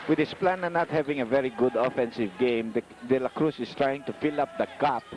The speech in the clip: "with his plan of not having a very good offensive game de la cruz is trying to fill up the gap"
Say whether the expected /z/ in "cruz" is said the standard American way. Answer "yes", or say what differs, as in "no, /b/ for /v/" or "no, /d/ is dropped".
no, /s/ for /z/